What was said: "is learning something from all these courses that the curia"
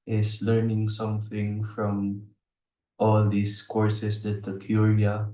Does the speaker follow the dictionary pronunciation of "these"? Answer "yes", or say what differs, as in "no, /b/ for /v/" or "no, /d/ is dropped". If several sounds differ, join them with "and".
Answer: no, /s/ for /z/